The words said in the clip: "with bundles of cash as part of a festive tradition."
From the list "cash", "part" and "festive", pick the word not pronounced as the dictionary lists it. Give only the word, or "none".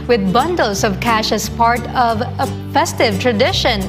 none